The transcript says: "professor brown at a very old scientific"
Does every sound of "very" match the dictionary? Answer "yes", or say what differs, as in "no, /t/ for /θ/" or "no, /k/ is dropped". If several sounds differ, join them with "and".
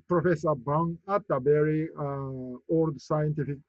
no, /b/ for /v/